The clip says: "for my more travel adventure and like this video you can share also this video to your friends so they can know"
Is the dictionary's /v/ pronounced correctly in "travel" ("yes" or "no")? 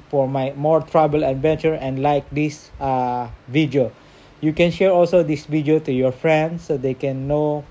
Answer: no